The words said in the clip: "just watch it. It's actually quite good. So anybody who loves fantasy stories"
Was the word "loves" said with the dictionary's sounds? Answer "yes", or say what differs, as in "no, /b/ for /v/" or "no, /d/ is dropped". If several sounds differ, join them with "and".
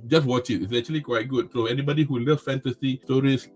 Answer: no, /z/ is dropped